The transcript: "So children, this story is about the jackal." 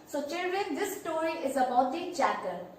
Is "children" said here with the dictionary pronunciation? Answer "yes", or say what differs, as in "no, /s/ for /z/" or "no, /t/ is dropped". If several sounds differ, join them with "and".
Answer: yes